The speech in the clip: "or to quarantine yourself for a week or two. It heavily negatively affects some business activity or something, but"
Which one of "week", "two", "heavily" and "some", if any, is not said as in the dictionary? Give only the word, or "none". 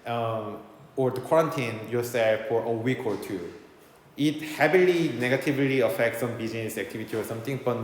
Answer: heavily